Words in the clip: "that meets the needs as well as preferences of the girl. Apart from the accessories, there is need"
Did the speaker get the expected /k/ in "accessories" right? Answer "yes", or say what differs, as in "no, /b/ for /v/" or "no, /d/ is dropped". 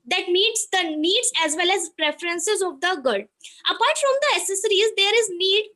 no, /k/ is dropped